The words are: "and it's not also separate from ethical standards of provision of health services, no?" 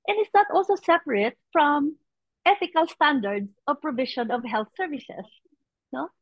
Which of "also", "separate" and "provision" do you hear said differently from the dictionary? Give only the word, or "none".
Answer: provision